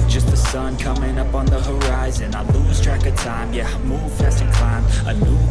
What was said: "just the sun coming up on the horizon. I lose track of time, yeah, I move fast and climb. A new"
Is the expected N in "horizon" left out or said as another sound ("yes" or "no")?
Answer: no